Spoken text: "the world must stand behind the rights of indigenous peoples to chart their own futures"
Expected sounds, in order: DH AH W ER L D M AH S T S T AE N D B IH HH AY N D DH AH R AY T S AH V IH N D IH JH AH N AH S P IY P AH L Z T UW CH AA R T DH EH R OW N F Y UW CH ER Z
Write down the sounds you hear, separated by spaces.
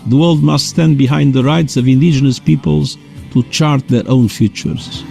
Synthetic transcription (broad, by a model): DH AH W ER L D M AH S T S T AE N D B IH HH AY N D DH AH R AY T S AH V IH N D IH JH AH N AH S P IY P AH L Z T UW CH AA R T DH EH R OW N F Y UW CH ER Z